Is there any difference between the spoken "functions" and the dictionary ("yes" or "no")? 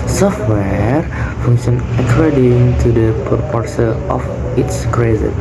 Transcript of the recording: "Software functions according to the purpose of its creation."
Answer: yes